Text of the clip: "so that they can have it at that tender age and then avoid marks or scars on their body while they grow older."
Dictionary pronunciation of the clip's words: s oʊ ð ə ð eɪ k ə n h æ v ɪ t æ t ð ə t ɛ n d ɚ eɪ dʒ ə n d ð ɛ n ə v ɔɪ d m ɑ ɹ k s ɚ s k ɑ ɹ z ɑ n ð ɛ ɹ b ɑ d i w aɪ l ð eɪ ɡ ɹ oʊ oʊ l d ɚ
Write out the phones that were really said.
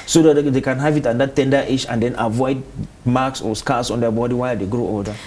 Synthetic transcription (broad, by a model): s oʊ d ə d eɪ k ə n h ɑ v ɪ t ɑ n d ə t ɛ n d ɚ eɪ ʃ ə n d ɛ n ə v ɔɪ d m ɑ k s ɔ s k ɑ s ɑ n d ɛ b ɑ d i w aɪ l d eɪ ɡ ɹ oʊ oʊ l d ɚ